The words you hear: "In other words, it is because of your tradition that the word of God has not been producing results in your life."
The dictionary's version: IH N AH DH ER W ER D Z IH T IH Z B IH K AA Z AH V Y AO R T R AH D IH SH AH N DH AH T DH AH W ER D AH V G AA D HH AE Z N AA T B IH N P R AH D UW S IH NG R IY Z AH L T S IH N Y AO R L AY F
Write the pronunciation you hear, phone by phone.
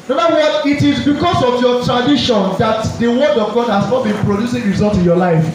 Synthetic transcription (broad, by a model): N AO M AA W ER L IH T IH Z B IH K AA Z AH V Y AO T R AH D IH SH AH N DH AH T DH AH W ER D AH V G AA D HH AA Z N AA T B IH N P R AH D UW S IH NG R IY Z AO L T IH N Y AO L AY F